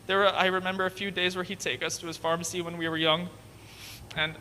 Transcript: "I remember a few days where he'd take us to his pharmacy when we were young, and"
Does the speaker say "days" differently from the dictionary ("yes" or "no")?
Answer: no